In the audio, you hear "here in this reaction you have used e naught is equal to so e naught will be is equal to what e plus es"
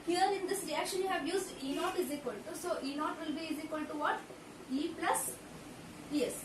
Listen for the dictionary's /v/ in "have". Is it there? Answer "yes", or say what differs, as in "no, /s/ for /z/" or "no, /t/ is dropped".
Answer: yes